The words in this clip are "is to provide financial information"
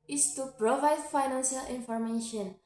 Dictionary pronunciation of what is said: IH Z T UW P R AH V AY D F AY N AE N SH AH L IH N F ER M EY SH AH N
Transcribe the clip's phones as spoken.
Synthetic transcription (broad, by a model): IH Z T UW P R AH V AY D F AY N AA N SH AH L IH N F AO M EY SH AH N